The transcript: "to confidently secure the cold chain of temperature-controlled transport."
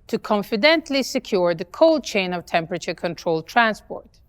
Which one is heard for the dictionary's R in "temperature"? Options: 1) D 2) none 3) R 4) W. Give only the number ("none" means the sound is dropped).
3